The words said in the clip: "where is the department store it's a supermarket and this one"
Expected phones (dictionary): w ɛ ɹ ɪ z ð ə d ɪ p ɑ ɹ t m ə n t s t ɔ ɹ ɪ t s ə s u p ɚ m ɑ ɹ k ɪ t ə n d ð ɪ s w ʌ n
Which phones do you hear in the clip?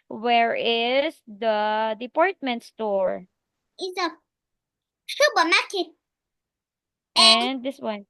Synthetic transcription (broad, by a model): w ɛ ɹ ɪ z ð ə d ɪ p ɑ ɹ t m ə n t s t ɔ ɹ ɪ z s ə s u b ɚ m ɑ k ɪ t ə n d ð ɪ s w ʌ n